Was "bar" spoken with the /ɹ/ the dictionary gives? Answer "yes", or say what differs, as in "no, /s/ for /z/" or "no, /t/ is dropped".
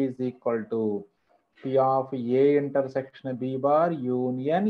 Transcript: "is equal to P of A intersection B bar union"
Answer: yes